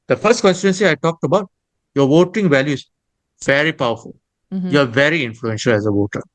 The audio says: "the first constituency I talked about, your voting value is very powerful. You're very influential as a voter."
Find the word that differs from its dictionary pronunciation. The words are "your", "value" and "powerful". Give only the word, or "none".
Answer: none